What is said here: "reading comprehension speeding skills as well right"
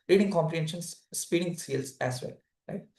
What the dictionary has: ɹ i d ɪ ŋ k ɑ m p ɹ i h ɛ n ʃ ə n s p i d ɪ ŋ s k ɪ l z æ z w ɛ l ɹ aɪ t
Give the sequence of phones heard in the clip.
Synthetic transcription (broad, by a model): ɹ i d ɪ ŋ k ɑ m p ɹ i h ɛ n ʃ ə n s p i d ɪ ŋ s ɛ l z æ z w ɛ l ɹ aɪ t